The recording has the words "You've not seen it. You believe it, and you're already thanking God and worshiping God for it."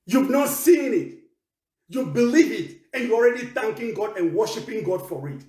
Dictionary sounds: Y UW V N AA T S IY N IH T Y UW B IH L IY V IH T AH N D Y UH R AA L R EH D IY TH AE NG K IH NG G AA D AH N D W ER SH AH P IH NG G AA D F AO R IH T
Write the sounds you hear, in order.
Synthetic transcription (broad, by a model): Y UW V N AA T S IY N IH T Y UW B IH L IY V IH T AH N Y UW AA L R EH D IY TH AE NG K IH NG G AA D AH N W ER SH AH P IH NG G AA D F AO R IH T